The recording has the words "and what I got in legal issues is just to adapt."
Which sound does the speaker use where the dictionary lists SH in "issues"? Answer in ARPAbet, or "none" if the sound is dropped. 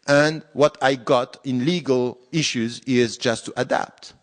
SH